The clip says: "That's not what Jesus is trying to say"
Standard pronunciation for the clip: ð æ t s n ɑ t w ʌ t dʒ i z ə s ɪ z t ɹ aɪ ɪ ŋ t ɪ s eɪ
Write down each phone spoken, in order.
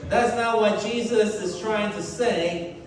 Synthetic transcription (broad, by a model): ð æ t s n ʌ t w ʌ t dʒ i z ə s ɪ z t ɹ aɪ ɪ ŋ t ɪ s eɪ